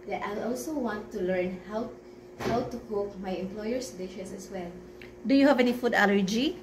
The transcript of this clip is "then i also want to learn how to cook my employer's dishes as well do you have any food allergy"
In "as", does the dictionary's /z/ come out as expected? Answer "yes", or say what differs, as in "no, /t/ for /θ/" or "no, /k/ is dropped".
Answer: no, /s/ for /z/